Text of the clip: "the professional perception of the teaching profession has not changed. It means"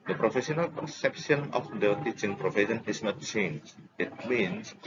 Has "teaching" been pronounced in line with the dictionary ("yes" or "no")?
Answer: yes